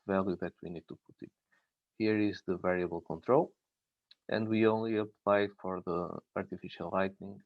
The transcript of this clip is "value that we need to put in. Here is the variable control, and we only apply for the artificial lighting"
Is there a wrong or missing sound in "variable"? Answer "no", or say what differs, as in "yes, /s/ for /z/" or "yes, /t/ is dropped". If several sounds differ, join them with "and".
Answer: no